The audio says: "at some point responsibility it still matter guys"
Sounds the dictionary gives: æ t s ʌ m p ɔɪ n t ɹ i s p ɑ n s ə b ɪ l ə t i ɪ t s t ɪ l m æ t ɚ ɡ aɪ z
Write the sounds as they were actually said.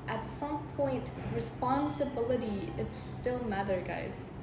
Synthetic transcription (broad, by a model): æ t s ʌ m p ɔɪ n t ɹ i s p ɑ n s ə b ɪ l ə t i ɪ t s t ɪ l m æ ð ɚ ɡ aɪ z